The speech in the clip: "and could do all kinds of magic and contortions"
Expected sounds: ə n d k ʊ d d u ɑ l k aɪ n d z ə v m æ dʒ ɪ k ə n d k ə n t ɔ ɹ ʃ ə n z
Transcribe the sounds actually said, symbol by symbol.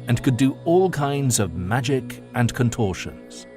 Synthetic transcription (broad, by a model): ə n k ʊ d d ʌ ɑ l k aɪ n d z ə v m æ dʒ ɪ k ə n k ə n t ɔ ɹ ʃ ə n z